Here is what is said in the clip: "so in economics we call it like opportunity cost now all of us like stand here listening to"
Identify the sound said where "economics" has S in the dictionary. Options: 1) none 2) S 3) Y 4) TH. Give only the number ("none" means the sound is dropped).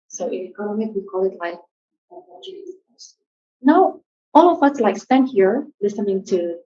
1